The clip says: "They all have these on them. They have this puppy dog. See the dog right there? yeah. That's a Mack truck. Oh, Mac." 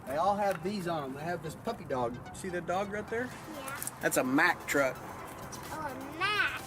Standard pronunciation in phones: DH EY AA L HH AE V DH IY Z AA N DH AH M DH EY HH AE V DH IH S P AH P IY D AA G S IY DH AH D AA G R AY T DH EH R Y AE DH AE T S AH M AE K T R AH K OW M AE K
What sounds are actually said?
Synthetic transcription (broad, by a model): DH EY AA L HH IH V DH IY Z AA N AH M DH EY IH V DH IH S P AH P IY D AA G S IY DH AH D AA G R AY T DH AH R Y AE DH AE T S AH M AE K T R AH K OW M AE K